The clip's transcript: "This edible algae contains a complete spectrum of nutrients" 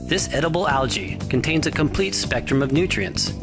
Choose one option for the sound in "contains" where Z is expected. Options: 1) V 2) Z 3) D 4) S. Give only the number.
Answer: 2